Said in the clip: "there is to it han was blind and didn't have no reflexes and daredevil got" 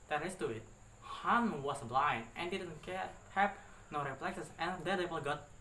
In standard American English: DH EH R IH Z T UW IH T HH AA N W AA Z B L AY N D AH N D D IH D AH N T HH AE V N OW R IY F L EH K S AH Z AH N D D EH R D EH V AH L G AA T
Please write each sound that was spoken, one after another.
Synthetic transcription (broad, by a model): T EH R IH S T UW IH T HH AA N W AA S B L AY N AH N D D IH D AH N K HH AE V N OW R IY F L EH K S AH S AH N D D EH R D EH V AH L G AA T